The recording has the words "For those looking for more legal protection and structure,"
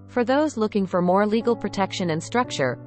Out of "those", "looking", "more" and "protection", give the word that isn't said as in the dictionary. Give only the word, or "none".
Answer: none